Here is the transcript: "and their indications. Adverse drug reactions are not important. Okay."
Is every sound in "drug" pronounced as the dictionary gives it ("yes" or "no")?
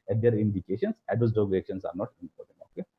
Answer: no